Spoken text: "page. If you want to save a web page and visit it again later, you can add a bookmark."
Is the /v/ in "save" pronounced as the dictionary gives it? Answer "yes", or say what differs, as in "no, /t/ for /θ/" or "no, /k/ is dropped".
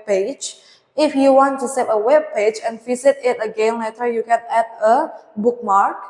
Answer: no, /p/ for /v/